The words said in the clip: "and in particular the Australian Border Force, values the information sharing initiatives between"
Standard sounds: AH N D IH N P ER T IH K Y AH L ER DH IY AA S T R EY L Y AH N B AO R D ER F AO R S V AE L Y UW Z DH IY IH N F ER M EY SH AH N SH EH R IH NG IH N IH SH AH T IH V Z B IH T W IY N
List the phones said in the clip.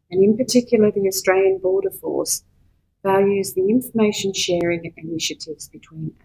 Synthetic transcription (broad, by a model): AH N IH N P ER T IH K Y L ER DH IY AA S T R EY L Y AH N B AO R D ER F AO R S V AE L Y UW Z DH IY IH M F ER M EY SH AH N SH EH R IH NG IH N IH SH AH T IH V Z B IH T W IY N